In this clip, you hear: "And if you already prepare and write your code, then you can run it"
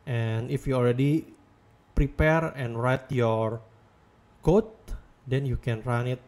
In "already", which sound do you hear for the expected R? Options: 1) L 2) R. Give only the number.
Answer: 1